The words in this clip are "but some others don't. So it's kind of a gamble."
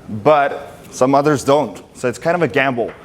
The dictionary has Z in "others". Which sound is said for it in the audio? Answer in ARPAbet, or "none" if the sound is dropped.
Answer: Z